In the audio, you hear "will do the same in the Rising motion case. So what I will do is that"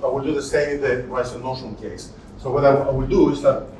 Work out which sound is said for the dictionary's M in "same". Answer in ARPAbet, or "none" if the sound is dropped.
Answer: none